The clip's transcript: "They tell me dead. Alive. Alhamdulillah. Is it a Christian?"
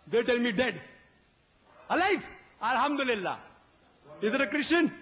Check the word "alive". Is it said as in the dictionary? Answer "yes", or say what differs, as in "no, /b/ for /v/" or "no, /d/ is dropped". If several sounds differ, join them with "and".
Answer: no, /f/ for /v/